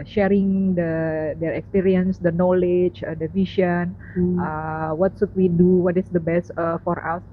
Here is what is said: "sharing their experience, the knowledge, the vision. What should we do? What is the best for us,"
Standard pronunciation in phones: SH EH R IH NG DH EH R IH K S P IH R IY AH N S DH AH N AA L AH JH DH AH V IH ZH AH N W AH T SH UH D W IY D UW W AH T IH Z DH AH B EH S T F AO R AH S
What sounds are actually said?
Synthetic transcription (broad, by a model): SH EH R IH NG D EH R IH K S P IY R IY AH N S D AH N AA L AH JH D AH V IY SH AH N W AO T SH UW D W IY D UW W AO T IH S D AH B EH S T F AO R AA S